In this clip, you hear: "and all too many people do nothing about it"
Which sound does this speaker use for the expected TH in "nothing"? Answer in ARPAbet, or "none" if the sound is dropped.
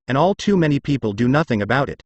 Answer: TH